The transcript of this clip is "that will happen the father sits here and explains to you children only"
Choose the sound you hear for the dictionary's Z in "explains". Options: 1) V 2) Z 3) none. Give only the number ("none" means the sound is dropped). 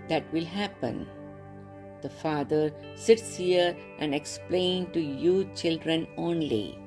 3